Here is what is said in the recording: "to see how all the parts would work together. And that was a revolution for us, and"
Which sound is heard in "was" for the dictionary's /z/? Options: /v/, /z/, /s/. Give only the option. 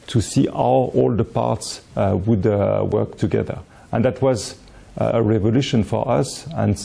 /z/